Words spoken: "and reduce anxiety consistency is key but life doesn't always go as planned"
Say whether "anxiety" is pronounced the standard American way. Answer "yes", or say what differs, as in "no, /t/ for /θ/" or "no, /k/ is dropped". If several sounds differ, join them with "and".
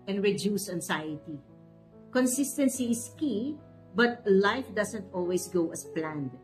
no, /s/ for /z/